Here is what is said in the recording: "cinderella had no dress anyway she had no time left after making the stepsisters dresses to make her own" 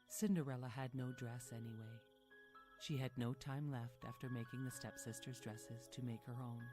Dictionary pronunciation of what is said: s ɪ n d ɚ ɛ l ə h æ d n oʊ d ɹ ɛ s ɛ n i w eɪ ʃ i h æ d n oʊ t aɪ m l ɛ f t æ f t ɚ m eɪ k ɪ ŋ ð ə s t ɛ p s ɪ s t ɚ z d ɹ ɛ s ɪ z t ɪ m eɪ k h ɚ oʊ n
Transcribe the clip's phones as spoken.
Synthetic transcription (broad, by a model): s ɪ n d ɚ ɛ l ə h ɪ d n oʊ d ɹ ɛ s ɛ n i w eɪ ʃ i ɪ d n oʊ t aɪ m l ɛ f t æ f t ɚ m eɪ k ɪ ŋ ð ə s t ɛ p s ɪ s t ɚ z d ɹ ɛ s ɪ z t ɪ m eɪ k h ɚ oʊ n